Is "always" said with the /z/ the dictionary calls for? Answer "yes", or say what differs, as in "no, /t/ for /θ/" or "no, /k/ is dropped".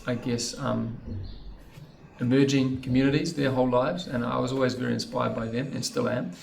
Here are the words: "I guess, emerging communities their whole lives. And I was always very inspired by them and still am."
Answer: yes